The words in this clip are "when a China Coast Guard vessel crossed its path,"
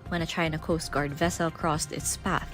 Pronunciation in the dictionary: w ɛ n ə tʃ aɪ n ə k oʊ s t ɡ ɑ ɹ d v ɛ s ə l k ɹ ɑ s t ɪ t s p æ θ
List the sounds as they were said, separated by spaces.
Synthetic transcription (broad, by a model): w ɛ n ə tʃ aɪ n ə k oʊ s t ɡ ɑ ɹ d v ɛ s ə l k ɹ ɑ s t ɪ t s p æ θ